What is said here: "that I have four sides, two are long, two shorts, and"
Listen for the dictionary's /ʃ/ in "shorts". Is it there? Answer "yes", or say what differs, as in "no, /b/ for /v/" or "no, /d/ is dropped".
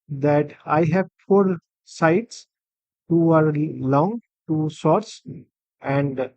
no, /s/ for /ʃ/